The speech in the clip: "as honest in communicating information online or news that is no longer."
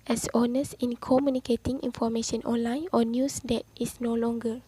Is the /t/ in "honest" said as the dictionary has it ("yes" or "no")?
no